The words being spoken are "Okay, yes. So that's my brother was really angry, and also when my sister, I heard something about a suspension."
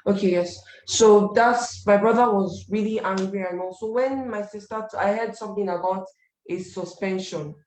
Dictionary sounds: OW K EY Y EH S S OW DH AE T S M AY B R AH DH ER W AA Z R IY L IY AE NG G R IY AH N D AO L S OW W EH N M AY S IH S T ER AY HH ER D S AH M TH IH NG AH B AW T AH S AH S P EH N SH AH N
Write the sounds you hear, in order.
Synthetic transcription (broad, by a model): OW K EY Y EH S S OW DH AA T S M AY B R AH DH ER W AA Z R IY L IY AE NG G R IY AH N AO S OW W EH N M AY S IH S T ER AY HH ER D S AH M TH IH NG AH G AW T AH S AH S P EH N SH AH N